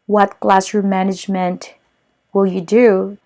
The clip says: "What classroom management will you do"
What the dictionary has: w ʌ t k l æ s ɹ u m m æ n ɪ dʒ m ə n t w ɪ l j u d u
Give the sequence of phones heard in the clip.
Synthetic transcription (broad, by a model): w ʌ t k l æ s u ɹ m æ n ɪ dʒ m ə n t w ɪ l j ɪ d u